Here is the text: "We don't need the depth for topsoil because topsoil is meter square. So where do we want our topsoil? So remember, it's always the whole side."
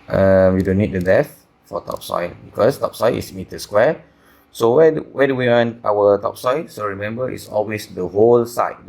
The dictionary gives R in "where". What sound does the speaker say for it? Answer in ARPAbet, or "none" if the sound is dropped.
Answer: W